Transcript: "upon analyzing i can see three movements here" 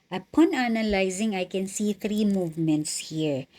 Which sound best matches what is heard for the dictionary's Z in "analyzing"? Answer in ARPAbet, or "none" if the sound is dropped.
Z